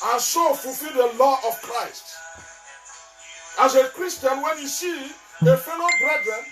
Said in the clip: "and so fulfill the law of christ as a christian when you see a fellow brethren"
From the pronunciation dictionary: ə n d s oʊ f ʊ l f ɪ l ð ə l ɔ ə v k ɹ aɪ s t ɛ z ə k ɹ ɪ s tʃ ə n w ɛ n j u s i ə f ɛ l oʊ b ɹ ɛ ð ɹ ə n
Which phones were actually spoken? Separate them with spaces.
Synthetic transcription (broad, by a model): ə n s oʊ f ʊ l f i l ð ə l ɔ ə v k ɹ aɪ s t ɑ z ə k ɹ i s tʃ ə n w ɛ n j u s i ə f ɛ n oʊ b ɹ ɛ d ɹ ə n